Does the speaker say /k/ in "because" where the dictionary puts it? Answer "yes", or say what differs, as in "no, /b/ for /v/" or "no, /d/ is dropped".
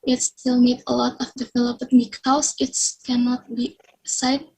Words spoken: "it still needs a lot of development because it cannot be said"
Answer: no, /k/ is dropped